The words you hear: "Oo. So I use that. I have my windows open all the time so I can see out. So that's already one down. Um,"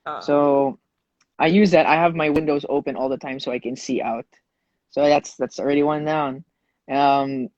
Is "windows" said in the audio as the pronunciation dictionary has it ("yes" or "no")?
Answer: yes